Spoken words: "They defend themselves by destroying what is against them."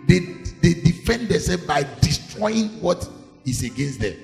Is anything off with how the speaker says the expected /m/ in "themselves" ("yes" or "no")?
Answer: yes